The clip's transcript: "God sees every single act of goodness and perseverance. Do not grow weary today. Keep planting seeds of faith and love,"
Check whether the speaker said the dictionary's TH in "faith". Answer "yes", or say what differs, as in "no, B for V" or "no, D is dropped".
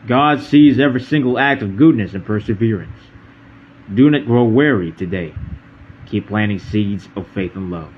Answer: yes